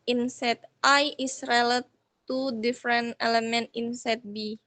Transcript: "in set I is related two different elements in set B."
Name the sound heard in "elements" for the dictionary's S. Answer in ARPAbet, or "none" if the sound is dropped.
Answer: none